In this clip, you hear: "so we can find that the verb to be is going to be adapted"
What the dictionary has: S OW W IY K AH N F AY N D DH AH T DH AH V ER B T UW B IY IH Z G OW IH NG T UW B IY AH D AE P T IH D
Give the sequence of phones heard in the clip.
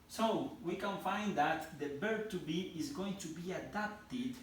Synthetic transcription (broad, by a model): S OW W IY K AH N F AY N D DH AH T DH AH B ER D T UW B IY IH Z G OW IH NG T UW B IY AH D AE P T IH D